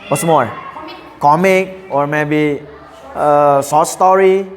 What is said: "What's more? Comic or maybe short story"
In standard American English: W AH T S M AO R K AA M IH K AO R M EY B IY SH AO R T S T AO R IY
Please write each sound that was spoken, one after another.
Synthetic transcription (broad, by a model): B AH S M AO R K AA M IH K AO R M EY B IY S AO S T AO R IY